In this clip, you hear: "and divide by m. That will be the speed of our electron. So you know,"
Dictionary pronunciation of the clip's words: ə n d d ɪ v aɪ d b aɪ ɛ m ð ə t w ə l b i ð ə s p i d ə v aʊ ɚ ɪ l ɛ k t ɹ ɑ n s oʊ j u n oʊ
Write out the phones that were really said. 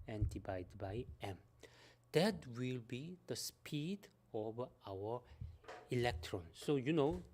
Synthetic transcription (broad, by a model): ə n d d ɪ b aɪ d b aɪ ɛ m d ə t w ə l b i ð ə s p i d ə v aʊ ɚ ɪ l ɛ k t ɹ ɑ n s oʊ j u n oʊ